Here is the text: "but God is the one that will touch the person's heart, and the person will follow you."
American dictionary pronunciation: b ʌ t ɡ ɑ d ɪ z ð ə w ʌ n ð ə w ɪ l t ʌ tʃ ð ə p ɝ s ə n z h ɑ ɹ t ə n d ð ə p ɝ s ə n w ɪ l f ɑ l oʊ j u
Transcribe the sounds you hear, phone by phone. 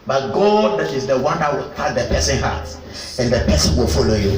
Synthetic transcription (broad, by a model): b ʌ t ɡ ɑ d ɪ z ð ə w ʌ n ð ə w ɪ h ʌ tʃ ð ə p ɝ s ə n h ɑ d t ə n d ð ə p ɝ s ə n w ɪ l f ɑ l oʊ j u